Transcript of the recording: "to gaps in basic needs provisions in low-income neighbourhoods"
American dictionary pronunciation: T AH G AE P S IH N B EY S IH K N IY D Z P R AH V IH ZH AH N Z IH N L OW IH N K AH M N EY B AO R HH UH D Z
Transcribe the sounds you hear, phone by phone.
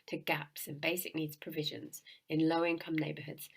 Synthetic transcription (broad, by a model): T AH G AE P S IH N B EY S IH K N IY D Z P R AH V IH ZH AH N Z IH N L OW IH N K AH M N EY B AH HH UH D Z